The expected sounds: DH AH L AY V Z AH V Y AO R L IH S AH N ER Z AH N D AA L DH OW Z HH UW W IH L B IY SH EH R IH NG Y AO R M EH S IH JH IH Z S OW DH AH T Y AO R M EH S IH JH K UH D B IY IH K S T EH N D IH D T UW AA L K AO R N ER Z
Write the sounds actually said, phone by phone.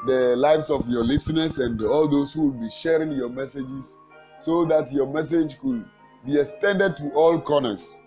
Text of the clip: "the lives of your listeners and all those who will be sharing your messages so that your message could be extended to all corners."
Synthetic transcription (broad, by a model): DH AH L AY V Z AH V Y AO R L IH S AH N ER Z AH N D AA L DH OW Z HH UW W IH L B IY SH EH R IH NG Y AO M EH S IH JH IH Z S OW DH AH T Y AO M EH S IH JH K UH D B IY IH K S T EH N D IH D T UW AA L K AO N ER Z